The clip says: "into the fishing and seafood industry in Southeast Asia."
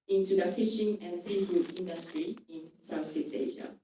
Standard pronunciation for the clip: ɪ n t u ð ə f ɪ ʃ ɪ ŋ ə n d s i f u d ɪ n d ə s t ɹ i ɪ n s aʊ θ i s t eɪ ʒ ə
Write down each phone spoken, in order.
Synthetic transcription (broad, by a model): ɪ n t u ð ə f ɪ ʃ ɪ ŋ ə n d s i f u d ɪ n d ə s t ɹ i ɪ n s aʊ s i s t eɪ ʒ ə